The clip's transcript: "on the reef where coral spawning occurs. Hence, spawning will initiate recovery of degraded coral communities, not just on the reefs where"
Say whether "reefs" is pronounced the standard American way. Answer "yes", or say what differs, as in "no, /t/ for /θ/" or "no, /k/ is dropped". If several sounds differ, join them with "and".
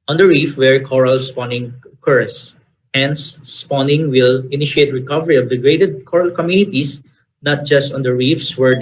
yes